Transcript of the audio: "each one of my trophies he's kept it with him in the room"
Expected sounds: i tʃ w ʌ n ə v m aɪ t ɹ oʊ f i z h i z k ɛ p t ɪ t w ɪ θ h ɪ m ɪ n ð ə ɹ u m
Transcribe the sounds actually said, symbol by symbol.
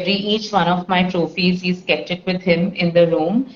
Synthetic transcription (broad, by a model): i tʃ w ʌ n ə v m aɪ t ɹ oʊ f i z h i z k ɛ p t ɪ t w ɪ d h ɪ m ɪ n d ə ɹ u m